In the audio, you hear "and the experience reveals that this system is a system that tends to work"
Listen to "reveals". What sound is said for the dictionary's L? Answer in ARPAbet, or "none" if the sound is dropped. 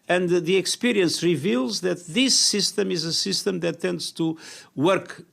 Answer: L